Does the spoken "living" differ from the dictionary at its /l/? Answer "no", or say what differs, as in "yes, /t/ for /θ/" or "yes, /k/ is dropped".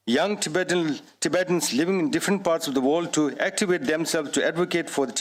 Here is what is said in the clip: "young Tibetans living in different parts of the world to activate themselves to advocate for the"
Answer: no